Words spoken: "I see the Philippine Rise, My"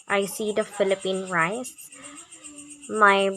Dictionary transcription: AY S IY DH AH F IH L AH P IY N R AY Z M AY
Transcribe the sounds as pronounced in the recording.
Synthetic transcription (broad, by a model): AY S IY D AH F IH L AH P IY N R AY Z M AY